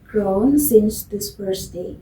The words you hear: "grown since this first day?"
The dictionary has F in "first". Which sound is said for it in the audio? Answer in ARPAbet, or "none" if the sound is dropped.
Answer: P